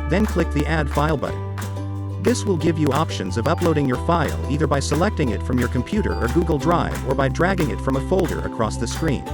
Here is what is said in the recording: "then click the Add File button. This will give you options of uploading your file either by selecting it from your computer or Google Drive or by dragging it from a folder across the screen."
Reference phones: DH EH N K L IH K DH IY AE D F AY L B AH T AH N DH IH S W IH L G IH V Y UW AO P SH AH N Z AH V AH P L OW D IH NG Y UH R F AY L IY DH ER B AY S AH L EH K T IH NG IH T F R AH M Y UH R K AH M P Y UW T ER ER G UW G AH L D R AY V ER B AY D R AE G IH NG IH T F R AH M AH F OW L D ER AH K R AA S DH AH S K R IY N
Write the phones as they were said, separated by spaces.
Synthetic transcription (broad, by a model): DH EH N K L IH K DH IY AE D F AY L B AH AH DH IH S W IH L G IH V Y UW AO P SH AH N Z AH V AH P L OW D IH NG Y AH R F AY L IY DH ER B AY S AH L EH K T IH NG IH T F R AH M Y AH R K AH M P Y UW T ER ER G UW G L D R AY V ER B AY D R AE G IH NG IH T F R AH M AH F OW L D ER AH K R AA S DH AH S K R IY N